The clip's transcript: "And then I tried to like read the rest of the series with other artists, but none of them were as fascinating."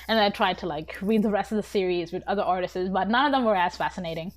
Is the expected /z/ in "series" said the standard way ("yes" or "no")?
yes